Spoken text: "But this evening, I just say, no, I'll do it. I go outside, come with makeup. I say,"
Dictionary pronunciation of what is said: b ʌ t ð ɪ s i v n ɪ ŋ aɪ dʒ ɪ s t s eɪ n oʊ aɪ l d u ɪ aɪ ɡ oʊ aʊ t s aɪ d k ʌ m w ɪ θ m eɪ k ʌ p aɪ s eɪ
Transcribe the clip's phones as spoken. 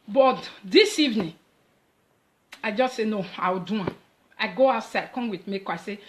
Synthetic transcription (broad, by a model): b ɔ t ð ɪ s i v n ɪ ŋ aɪ dʒ ɪ s t s eɪ n oʊ aɪ w d u ɪ aɪ ɡ oʊ aʊ t s aɪ d k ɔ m w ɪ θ m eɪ k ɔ aɪ s eɪ